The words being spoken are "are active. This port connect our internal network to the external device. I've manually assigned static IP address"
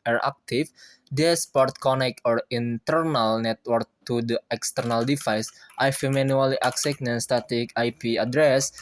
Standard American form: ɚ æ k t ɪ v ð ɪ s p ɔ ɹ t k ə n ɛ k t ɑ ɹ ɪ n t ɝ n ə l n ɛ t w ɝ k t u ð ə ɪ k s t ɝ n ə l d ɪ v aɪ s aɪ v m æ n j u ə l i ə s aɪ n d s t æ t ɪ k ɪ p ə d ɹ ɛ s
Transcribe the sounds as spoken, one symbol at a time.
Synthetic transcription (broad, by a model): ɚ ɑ k t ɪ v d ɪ s p ɔ ɹ t k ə n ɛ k ɑ ɹ ɪ n t ɝ n ə l n ɛ t w ɝ k t u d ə ɪ k s t ɝ n ə l d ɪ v aɪ s aɪ f m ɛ n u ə l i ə s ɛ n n s t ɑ t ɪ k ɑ p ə d ɹ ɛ s